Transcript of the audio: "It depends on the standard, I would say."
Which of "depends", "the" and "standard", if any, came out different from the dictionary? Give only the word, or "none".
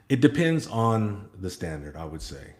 none